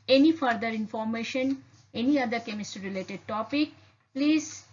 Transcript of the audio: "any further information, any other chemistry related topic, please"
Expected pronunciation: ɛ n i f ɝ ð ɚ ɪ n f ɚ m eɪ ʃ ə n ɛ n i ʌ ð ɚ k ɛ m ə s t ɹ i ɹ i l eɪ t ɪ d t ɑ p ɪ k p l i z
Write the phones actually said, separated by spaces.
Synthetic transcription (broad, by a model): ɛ n i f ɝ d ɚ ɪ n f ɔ m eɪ ʃ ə n ɛ n i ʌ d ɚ k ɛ m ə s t i ɹ i l eɪ t ɪ d t ɑ p ɪ k p l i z